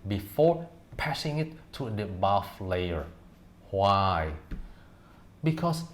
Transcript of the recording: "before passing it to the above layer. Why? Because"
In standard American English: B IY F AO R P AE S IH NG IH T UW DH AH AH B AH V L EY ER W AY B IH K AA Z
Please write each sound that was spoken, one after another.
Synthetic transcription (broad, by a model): B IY F AO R P AE S IH NG IH T UW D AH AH B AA F L EY ER W AY B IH K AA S